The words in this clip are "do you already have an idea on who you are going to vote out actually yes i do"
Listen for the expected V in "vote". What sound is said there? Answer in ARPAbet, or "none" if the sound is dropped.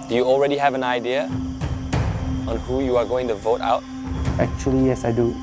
V